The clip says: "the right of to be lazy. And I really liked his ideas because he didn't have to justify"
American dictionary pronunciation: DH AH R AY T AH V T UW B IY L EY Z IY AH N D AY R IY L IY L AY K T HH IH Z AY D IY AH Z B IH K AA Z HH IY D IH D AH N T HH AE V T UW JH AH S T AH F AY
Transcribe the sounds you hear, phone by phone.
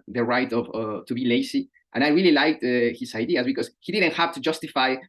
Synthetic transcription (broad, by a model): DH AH R AY T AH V T UW B IY L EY S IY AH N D AY R IY L IY L AY K T HH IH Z AY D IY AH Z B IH K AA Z HH IY D IH D AH N T HH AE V T UW JH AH S T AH F AY